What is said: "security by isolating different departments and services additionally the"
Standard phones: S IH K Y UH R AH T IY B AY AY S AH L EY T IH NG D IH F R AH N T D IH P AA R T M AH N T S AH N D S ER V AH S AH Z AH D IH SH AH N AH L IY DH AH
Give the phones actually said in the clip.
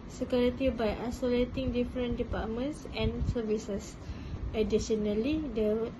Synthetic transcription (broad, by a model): S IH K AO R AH T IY B AY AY S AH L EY T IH NG D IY F R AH N D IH P AA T M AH N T S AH N S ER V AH S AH S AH D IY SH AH N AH L IY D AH